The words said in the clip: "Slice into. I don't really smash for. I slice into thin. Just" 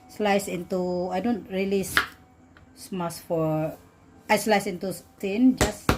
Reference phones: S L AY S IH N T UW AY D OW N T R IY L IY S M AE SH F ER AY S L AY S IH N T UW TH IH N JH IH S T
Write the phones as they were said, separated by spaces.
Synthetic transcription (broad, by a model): S L AY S IH N T UW AY D OW N T R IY L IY S M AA S F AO AY S L AY S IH N T UW T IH N JH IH S